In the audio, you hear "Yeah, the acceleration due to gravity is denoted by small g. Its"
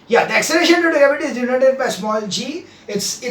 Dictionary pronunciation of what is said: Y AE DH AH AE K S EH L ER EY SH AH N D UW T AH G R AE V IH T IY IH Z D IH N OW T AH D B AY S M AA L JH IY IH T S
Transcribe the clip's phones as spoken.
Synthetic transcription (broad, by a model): Y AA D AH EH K S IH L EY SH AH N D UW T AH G AA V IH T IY IH Z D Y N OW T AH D B AY S M AA L JH IY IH T S